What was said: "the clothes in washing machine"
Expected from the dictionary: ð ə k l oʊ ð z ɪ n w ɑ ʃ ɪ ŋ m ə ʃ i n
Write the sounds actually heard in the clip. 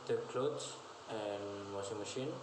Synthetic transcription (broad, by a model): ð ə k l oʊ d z ɪ n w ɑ s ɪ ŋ m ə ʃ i n